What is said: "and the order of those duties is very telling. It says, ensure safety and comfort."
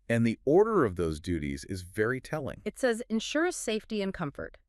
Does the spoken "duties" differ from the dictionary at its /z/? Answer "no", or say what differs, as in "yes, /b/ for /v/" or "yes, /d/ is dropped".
no